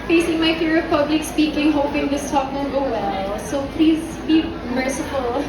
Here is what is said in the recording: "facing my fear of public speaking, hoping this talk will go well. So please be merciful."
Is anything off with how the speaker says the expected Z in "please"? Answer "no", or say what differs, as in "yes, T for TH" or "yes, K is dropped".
no